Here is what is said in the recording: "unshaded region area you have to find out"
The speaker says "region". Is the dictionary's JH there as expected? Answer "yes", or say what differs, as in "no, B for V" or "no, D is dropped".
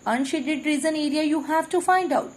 no, Z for JH